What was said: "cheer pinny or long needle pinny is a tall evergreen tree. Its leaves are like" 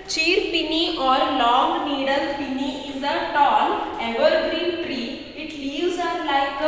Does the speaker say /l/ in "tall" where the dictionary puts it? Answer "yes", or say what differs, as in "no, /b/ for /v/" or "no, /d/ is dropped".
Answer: no, /n/ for /l/